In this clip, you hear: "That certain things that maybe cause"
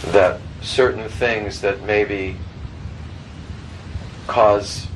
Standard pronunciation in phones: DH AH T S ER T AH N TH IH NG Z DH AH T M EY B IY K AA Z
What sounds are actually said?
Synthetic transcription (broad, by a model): DH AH T S ER T N TH IH NG Z DH AH T M EY B IY K AA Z